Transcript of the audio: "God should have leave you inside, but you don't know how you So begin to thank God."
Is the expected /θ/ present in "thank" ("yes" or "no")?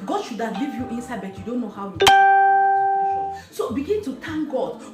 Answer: no